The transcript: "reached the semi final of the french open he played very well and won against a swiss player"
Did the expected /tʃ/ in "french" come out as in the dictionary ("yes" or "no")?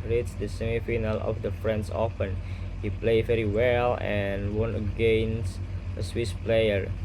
no